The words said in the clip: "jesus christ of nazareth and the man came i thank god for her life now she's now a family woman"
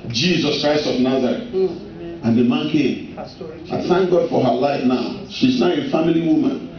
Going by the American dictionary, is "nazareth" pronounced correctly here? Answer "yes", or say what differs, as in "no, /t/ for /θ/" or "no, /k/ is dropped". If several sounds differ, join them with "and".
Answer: no, /t/ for /θ/